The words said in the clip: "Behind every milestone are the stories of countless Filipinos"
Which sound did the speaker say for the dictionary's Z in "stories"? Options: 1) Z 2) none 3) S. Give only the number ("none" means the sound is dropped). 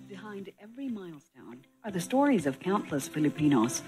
1